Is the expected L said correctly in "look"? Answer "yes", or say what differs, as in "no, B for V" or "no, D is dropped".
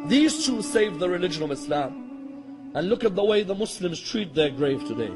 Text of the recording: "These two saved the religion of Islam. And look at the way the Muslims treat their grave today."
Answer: yes